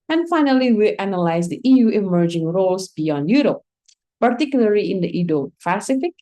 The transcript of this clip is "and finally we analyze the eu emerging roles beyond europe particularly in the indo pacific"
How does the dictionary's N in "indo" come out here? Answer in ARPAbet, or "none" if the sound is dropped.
none